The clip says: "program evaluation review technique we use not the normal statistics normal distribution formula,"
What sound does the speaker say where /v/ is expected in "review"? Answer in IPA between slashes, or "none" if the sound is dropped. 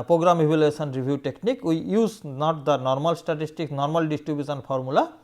/b/